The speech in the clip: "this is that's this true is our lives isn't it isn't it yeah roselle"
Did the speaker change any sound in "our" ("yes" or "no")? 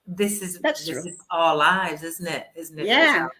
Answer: yes